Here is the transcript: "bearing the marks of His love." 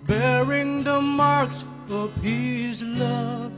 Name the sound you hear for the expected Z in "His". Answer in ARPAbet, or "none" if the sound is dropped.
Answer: Z